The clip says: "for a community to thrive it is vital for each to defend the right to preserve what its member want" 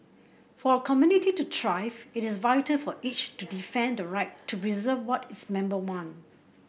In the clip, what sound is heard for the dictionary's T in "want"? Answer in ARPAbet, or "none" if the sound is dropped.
none